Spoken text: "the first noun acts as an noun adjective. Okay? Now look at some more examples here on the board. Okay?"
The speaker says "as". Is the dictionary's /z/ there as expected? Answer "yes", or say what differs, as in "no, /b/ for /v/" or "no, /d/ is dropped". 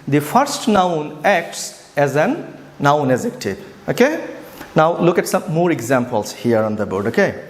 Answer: yes